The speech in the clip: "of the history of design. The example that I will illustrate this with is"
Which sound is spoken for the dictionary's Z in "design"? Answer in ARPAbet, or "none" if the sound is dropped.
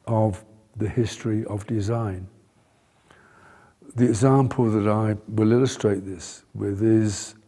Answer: Z